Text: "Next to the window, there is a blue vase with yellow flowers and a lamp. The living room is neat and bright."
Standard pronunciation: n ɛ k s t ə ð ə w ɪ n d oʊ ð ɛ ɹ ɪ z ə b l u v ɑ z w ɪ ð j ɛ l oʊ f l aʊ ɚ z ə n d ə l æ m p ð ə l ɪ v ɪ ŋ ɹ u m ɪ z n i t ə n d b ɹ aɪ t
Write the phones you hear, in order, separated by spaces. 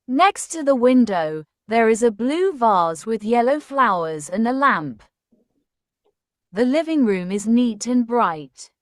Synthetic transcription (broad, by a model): n ɛ k s t ə ð ə w ɪ n d oʊ ð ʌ ɹ ɪ z ə b l u v ɑ z w ɪ ð j ɛ l oʊ f l aʊ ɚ z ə n ə l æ m p ð ə l ɪ v ɪ ŋ ɹ u m ɪ z n i t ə n b ɹ aɪ t